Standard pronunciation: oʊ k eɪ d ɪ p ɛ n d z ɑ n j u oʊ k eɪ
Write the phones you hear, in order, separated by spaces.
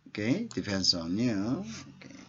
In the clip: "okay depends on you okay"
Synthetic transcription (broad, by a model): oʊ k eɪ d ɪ f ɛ n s ɑ n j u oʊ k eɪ